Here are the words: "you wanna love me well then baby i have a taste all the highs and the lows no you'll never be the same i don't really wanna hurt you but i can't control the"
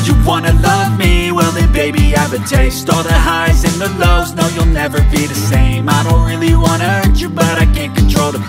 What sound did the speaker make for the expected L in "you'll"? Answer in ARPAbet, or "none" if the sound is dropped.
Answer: L